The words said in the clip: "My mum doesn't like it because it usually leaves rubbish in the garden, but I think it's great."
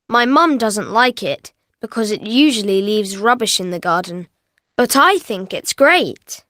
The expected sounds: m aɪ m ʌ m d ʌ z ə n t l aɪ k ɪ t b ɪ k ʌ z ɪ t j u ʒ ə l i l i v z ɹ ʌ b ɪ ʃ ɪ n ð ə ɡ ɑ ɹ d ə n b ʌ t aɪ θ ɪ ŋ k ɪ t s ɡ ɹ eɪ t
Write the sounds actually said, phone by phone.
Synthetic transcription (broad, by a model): m aɪ m ʌ m d ʌ z ə n t l aɪ k ɪ t b ɪ k ʌ z ɪ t j u ʒ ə l i l i v z ɹ ʌ b ɪ ʃ ɪ n ð ə ɡ ɑ ɹ d n b ʌ t aɪ θ ɪ ŋ k ɪ t s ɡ ɹ eɪ t